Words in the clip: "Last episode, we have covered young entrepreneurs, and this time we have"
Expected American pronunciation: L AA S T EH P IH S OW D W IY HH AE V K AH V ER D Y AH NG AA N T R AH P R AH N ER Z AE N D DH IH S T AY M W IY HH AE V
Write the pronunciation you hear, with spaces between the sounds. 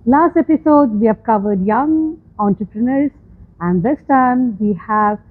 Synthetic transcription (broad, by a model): L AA S T EH P IH S OW D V IY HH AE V K AH V ER D Y AH NG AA N T R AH P R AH N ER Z AE N D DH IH S T AY M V IY HH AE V